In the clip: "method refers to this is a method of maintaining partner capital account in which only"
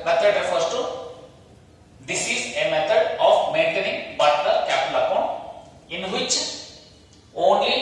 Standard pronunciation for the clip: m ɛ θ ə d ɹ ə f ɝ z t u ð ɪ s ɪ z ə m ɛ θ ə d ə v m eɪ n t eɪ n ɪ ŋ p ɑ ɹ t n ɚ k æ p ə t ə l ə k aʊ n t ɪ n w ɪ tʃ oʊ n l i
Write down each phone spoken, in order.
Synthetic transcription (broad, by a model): m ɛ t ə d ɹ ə f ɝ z t u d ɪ s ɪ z ə m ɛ t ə d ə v m eɪ n t eɪ n ɪ ŋ b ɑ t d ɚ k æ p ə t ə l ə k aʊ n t ɪ n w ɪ tʃ oʊ n l i